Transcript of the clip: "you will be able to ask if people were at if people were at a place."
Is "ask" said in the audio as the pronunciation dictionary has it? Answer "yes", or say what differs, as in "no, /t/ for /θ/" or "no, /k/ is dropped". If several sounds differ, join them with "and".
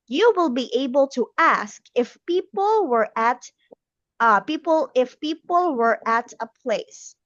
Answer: yes